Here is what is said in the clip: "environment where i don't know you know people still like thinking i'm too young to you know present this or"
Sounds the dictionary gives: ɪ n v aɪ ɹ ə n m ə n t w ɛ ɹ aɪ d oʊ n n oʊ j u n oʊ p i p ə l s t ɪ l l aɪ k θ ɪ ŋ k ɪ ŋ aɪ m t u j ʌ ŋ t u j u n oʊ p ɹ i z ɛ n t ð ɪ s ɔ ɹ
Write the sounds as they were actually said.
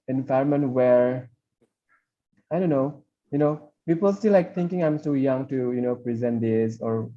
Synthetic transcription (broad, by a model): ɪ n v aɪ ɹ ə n m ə n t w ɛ ɹ aɪ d oʊ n n oʊ j u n oʊ p i p ə l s t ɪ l l aɪ k t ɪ ŋ k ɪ ŋ aɪ m s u j ʌ ŋ t u j u n oʊ p ɹ i z ɛ n t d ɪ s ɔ ɹ